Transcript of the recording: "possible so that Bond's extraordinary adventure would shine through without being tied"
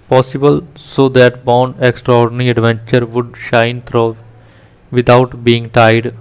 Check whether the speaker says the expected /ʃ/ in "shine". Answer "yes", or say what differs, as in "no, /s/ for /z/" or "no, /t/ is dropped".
yes